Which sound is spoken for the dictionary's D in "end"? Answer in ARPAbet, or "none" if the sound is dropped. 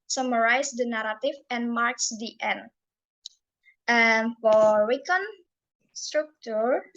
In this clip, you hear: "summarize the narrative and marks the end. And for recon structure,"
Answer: none